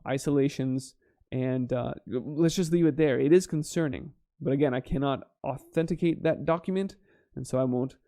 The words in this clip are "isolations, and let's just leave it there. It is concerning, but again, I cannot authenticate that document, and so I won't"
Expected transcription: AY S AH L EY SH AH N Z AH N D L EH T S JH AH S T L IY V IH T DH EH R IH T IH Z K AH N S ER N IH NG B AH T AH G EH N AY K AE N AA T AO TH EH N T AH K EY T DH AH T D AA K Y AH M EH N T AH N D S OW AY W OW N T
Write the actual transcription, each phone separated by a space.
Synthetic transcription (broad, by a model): AY S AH L EY SH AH N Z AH N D L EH T S JH AH S T L IY V IH T DH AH R IH T IH Z K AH N S ER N IH NG B AH T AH G EH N AY K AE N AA T AO TH EH N T AH K EY T DH AH T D AA K Y M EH N T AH N S OW AY W OW N T